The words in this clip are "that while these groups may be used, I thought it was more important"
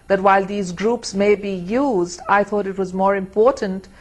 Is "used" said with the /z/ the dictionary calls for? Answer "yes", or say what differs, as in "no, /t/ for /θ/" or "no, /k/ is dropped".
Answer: yes